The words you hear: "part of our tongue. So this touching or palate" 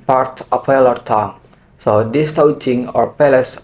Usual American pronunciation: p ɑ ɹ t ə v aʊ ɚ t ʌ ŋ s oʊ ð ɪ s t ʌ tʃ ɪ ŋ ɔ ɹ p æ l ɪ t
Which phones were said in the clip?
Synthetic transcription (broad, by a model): p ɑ ɹ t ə p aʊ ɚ t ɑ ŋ s oʊ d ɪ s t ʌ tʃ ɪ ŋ ɔ ɹ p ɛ l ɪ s